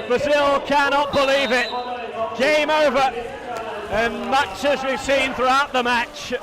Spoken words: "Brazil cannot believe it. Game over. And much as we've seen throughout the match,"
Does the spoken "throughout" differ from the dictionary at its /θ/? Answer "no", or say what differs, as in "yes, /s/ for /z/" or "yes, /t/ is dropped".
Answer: no